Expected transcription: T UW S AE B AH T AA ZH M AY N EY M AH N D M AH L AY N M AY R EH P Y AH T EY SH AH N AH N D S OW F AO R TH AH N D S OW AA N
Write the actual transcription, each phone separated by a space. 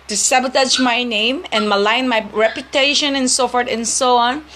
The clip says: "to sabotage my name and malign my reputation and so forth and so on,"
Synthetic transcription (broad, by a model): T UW S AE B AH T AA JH M AY N EY M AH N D M AH L AY N M AY R EH P Y AH T EY SH AH N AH N S OW F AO R T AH N S OW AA N